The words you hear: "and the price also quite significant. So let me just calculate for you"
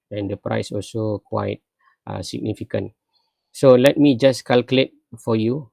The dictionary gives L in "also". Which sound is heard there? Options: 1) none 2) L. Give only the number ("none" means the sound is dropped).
2